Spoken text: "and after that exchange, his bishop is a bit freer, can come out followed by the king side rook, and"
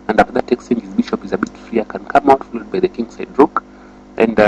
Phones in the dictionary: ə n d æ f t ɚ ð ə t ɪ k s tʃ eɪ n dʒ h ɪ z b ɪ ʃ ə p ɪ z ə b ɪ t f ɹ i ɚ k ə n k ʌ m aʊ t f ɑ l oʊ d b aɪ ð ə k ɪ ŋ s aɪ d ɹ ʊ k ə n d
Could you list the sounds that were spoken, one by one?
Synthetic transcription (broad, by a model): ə n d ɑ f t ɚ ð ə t ɪ k s tʃ eɪ n dʒ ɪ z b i ʃ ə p ɪ z ə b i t f ɹ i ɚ k ə n k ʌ m aʊ t f ɑ l oʊ d b aɪ ð ə k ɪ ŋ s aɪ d ɹ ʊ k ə n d